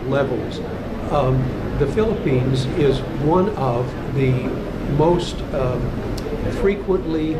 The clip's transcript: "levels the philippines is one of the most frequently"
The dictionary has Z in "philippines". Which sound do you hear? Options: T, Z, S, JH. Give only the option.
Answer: Z